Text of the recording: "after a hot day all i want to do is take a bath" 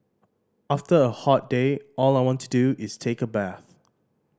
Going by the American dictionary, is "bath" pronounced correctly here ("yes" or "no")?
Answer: yes